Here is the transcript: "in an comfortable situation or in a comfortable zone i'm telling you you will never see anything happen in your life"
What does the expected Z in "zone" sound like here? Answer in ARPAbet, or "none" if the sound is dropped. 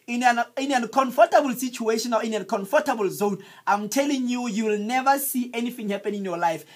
Z